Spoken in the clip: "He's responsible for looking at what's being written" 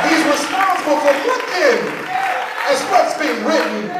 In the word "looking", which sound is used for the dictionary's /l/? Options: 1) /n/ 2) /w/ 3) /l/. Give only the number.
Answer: 2